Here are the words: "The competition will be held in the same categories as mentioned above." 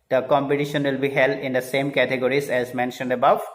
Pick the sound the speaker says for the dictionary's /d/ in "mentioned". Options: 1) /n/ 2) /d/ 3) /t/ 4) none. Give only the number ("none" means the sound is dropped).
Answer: 2